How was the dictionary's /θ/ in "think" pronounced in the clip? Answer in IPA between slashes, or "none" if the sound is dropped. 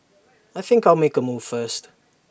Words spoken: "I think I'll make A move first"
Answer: /θ/